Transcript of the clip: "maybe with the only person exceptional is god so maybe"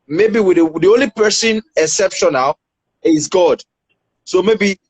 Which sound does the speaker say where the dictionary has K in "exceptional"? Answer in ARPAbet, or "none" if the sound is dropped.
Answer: none